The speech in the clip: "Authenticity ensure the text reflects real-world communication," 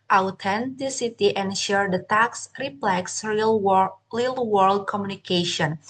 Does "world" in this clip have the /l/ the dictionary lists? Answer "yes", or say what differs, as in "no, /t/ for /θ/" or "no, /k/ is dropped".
yes